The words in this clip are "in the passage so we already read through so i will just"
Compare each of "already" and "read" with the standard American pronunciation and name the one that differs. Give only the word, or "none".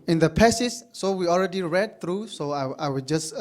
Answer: none